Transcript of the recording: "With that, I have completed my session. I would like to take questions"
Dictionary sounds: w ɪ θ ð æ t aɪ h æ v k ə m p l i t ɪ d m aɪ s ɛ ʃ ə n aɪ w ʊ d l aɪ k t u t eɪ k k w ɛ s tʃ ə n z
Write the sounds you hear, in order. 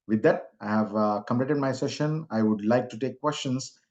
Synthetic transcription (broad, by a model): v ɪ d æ t aɪ h æ v k ə m p l i t ɪ d m aɪ s ɛ ʃ ə n aɪ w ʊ d l aɪ k t u t eɪ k k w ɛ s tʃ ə n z